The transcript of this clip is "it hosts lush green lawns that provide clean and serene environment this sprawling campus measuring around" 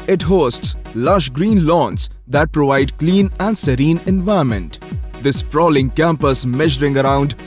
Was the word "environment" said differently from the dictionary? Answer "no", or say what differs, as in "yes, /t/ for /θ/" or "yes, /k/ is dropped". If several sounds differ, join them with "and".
yes, /ɹ/ is dropped